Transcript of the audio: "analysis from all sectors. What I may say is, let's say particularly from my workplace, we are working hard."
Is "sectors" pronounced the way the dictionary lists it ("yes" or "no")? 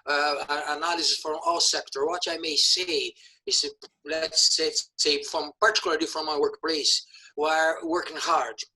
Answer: no